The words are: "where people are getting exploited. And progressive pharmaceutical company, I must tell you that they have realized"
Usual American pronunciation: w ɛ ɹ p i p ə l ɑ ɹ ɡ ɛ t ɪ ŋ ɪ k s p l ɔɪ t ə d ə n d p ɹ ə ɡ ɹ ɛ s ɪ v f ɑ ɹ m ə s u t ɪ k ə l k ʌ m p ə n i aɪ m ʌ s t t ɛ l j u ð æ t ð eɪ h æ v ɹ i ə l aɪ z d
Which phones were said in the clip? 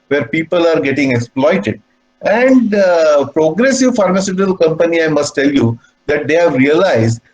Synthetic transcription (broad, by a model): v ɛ ɹ p i p ə l ɑ ɹ ɡ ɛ t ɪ ŋ ɪ k s p l ɔɪ t ə d ə n d p ɹ ə ɡ ɹ ɛ s ɪ v f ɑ ɹ m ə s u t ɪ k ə l k ʌ m p ə n i aɪ m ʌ s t t ɛ l j u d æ t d eɪ h æ v ɹ i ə l aɪ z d